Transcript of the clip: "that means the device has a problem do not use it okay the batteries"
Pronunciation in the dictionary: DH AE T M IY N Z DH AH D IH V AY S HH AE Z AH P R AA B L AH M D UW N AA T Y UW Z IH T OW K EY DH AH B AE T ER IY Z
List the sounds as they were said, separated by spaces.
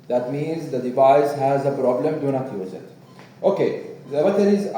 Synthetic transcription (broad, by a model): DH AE T M IY N Z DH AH D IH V AY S HH AE Z AH P R AA B L AH M D UW N AA T Y UW Z IH T OW K EY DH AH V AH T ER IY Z